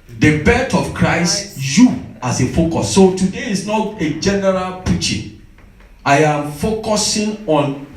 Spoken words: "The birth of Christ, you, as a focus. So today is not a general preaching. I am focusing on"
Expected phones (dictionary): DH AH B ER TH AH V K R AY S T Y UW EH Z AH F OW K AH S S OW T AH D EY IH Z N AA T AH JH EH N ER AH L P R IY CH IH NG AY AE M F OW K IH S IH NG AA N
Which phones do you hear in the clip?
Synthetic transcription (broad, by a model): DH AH B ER T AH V K R AY S T Y UW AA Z AH F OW K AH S S OW T AH D EY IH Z N AA T AH JH EH N ER AH L P R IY CH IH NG AY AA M F OW K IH S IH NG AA N